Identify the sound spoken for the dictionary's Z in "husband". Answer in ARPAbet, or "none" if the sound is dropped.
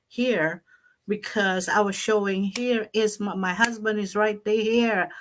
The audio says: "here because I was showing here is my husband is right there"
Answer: Z